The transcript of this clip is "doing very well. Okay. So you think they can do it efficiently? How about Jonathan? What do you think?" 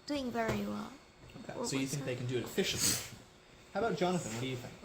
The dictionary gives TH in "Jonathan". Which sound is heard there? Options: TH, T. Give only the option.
TH